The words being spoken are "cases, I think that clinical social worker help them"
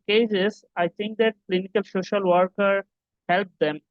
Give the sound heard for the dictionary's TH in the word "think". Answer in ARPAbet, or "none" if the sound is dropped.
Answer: T